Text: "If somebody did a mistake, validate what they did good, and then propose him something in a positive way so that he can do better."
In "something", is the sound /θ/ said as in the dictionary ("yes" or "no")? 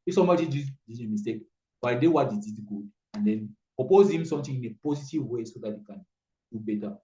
no